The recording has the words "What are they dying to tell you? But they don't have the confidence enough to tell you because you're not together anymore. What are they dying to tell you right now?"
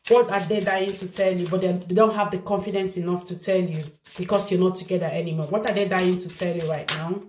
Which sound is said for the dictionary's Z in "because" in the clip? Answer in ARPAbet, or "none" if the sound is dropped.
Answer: S